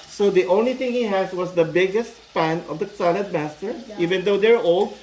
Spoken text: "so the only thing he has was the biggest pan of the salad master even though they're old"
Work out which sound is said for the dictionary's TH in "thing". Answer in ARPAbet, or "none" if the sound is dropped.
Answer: T